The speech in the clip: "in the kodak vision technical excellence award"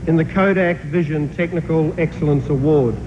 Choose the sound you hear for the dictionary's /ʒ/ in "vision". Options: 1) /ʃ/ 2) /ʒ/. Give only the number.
2